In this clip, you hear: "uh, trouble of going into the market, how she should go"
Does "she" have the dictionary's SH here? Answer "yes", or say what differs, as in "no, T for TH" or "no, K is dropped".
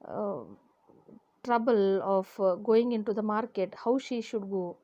yes